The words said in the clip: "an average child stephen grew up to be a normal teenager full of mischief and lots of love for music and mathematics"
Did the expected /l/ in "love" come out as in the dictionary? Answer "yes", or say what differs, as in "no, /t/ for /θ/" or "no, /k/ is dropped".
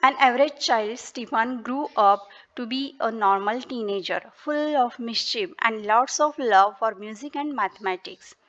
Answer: yes